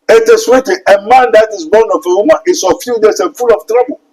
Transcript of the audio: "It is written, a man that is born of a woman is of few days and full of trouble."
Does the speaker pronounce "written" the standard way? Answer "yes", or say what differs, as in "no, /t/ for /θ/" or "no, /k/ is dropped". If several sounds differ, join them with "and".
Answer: no, /n/ is dropped